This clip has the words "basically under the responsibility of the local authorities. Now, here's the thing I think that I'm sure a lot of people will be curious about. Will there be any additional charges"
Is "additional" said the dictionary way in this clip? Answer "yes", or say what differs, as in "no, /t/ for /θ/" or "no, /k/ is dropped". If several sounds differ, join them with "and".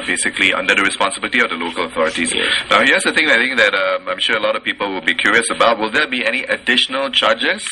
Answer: yes